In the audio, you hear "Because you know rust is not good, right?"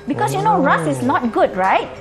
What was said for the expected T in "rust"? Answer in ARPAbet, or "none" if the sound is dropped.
none